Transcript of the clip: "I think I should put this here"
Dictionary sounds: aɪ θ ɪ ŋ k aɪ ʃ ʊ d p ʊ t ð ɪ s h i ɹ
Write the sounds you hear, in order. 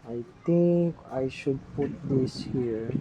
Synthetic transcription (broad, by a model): aɪ t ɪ ŋ k aɪ ʃ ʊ d p ʊ t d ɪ s h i ɹ